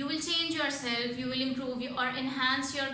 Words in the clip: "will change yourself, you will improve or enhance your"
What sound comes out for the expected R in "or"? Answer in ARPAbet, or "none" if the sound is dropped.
R